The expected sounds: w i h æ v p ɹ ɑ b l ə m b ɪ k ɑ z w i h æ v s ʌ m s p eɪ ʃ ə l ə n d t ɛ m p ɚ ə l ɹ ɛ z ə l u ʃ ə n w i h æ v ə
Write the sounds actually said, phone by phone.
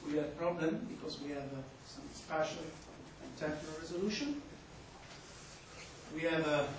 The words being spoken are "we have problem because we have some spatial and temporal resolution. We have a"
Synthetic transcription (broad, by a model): w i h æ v p ɹ ɑ b l ə m b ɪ k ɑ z w i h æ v s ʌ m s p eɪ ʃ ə n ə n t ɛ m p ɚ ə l ɹ ɛ z ə l u ʃ ə n w i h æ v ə